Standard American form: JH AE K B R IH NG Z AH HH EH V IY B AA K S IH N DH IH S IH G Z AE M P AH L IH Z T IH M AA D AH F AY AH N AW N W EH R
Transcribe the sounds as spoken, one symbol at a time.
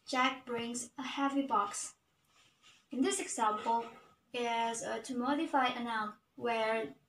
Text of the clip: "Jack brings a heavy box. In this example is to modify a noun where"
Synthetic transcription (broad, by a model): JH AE K B R IH NG Z AH HH EH V IY B AA K S IH N DH IH S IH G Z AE M P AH L IH Z T IH M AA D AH F AY AH N AW N W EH R